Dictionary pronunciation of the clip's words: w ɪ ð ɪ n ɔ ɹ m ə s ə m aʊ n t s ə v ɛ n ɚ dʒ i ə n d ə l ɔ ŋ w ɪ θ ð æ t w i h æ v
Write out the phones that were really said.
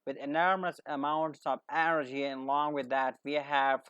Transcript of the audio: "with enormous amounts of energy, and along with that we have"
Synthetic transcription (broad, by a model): w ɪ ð ɪ n ɔ ɹ m ə s ə m aʊ n t s ə v ɛ n ɚ dʒ i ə n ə l ɔ ŋ w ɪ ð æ t w i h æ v